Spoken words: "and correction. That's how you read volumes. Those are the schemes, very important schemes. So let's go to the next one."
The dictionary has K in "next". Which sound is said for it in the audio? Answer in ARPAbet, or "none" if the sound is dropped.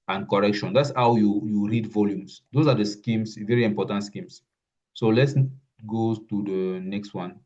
K